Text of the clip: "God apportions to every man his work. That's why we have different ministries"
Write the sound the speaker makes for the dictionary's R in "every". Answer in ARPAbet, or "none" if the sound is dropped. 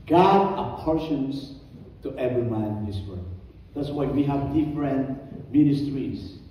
R